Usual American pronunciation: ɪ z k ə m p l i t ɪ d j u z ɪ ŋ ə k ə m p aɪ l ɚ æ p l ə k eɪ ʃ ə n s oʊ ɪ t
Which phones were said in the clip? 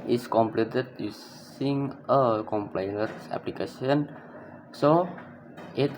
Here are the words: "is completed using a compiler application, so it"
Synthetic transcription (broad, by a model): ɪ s k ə m p l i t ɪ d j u s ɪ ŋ ə k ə m p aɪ n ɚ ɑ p l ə k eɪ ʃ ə n s oʊ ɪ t